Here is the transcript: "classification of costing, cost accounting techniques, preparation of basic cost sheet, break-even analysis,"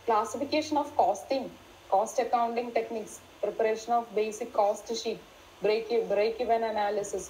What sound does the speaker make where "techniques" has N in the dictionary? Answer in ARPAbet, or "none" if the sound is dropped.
N